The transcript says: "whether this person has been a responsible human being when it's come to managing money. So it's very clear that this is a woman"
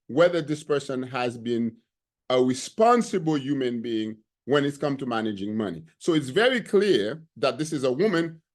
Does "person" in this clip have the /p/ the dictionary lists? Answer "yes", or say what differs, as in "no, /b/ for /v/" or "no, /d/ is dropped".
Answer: yes